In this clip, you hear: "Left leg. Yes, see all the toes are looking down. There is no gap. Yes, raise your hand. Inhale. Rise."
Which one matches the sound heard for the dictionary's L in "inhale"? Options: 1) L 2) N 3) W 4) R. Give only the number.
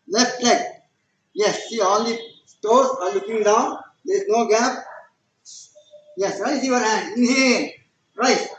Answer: 2